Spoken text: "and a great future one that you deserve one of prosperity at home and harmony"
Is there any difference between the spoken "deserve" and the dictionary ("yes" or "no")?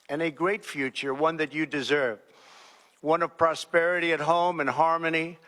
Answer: no